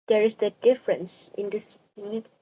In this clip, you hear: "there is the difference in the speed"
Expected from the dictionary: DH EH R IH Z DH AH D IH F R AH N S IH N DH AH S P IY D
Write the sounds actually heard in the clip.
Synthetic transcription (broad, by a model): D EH R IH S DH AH D IH F R AH N S IH N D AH S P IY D